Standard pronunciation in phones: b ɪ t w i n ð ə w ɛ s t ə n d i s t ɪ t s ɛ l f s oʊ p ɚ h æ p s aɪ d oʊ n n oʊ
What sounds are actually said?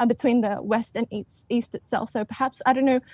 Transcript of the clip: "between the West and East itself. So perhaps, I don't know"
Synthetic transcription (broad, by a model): b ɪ t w i n ð ə w ɛ s t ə n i i s t ɪ t s ɛ l f s oʊ p ɚ h æ p s aɪ d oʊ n n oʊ